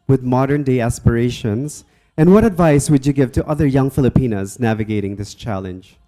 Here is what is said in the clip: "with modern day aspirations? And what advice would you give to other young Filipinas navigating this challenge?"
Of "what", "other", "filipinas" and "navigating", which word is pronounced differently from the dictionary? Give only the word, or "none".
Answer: none